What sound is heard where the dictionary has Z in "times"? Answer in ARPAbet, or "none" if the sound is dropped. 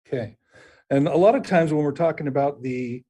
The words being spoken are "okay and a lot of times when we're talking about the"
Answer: Z